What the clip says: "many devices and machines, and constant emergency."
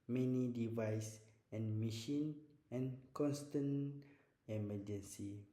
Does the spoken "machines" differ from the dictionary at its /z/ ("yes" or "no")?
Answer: yes